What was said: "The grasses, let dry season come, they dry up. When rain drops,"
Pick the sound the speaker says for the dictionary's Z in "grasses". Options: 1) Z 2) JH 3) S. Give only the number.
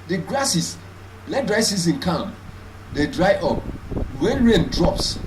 3